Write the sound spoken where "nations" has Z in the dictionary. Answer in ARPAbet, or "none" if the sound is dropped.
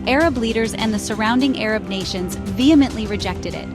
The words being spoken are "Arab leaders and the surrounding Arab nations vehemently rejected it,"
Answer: Z